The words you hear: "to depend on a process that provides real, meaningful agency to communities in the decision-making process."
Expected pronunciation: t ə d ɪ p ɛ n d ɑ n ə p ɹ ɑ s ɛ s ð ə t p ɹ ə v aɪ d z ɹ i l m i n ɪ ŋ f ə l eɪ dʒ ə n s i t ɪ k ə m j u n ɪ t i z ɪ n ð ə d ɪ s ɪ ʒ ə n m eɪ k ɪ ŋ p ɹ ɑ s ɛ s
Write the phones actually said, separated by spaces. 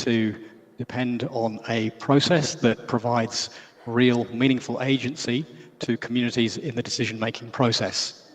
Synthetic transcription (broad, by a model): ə d ɪ p ɛ n d n ə p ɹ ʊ s ɛ s ð ə t p ɹ ə v aɪ d z ɹ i l m i n ɪ ŋ f ə l eɪ dʒ ə n s i t ɪ k ə m j u n ɪ t i z ɪ n ð ə d ɪ s ɪ ʒ ə n m eɪ k ɪ ŋ p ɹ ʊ s ɛ s